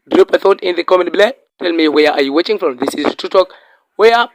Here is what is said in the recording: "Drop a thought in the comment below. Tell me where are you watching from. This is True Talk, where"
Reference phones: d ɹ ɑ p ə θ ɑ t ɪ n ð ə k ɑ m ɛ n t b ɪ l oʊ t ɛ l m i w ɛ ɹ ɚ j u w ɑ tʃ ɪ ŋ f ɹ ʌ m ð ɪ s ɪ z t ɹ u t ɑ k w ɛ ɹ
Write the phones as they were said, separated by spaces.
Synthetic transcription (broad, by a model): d ɹ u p ə θ ɑ t ɪ n ð ə k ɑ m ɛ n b l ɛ t ɛ l m i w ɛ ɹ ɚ j u w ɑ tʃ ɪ ŋ f ɹ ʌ m ð ɪ s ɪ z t u t ɑ k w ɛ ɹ